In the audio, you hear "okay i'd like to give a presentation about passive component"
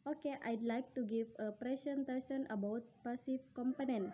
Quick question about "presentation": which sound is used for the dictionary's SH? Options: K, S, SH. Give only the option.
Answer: S